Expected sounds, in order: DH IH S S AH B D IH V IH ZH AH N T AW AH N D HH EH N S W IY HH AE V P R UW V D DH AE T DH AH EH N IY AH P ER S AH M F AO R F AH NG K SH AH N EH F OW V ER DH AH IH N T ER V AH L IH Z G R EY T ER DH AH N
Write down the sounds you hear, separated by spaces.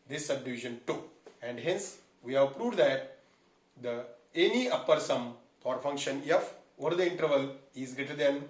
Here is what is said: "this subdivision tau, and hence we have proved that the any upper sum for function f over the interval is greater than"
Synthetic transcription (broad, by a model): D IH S S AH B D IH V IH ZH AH N T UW AH N D HH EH N S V IY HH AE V P R UW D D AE T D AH EH N IY AH P ER S AH M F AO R F AH NG K SH AH N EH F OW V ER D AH IH N T ER V AH L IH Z G R EY T ER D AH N